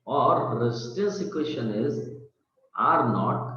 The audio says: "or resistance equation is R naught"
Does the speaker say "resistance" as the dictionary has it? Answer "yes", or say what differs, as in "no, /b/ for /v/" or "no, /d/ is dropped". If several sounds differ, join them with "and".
no, /n/ is dropped